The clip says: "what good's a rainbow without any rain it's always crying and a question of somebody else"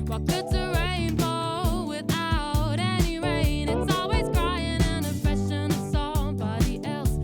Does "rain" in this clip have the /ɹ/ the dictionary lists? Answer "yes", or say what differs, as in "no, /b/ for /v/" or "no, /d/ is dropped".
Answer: no, /w/ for /ɹ/